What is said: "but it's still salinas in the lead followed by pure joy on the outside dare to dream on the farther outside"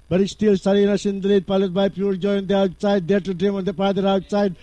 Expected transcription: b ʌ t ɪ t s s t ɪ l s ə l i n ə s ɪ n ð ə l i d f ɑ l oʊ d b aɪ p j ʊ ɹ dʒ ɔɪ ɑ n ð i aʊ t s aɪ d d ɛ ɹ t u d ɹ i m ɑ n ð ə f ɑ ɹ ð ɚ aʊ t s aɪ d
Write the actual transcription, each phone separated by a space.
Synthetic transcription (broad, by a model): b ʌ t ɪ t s s t ɪ l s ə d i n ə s ɪ n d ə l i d p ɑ l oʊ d b aɪ p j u ɹ dʒ ɔɪ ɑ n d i aʊ t s aɪ d d ɛ ɹ t u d ɹ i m ɑ n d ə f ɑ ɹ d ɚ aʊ t s aɪ d